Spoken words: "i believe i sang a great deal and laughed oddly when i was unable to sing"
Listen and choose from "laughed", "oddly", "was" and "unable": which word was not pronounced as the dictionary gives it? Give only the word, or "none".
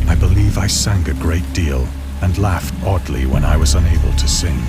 none